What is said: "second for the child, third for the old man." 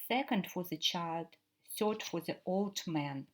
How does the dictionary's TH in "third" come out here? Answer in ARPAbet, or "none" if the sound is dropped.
S